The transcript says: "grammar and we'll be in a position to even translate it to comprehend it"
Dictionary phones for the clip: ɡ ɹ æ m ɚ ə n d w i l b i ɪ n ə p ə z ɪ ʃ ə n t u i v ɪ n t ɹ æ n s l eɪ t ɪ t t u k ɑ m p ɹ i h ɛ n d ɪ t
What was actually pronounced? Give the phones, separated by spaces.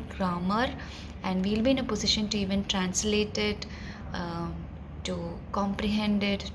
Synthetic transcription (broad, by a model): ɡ ɹ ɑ m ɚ ə n d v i l b i ɪ n ə p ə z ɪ ʃ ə n t u i v ɪ n t ɹ æ n s l eɪ t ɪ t t u k ɑ m p ɹ i h ɛ n d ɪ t